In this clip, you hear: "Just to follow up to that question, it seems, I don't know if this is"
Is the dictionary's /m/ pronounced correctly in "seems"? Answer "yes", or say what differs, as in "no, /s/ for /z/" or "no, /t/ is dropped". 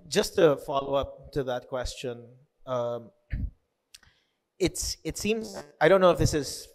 yes